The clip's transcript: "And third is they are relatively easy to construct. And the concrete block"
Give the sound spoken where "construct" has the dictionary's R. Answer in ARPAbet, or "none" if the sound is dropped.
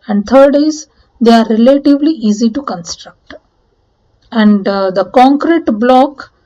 R